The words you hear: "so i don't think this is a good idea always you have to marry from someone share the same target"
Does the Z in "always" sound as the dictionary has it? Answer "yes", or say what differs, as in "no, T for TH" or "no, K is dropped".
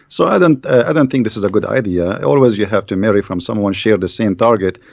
yes